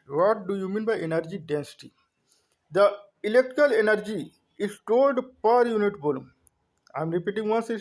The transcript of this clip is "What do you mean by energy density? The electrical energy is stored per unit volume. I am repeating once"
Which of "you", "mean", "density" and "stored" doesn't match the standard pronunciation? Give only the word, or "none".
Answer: stored